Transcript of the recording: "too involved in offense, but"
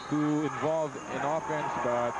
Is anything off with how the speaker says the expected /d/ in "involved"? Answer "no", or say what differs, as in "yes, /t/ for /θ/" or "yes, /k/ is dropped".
yes, /d/ is dropped